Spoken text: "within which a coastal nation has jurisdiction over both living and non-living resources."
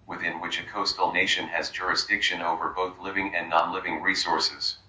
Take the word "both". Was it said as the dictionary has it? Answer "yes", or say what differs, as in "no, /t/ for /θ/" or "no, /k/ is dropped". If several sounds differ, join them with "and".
yes